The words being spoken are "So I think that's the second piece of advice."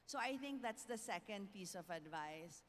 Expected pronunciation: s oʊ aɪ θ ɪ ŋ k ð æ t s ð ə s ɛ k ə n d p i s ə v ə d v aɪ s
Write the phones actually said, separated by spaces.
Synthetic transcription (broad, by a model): s oʊ aɪ t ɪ ŋ k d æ t s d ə s ɛ k ə n d p i s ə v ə d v aɪ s